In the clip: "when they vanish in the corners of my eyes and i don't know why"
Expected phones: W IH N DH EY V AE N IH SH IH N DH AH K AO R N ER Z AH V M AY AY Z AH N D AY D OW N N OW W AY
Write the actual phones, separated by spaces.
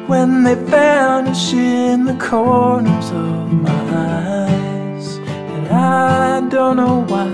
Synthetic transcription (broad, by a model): W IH N DH EY F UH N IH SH IH N DH AH K AO R N ER Z AH V M AY AY Z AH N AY D OW N N OW W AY